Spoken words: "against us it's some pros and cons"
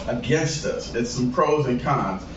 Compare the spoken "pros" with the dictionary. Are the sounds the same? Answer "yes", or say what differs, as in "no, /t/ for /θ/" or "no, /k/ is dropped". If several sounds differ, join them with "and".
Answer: yes